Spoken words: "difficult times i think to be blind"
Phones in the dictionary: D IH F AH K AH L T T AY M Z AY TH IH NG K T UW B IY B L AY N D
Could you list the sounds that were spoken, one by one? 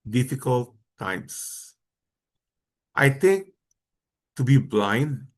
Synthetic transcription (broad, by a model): D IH F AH K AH L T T AY M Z AY T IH NG K T UW B IY B L AY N D